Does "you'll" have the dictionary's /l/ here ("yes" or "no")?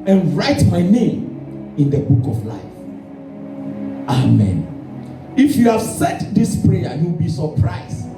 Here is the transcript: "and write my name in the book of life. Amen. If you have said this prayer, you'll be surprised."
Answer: no